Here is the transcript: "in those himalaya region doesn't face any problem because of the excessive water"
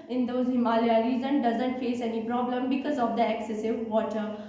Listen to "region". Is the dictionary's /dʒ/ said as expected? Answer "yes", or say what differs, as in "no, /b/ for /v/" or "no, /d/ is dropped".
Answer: no, /z/ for /dʒ/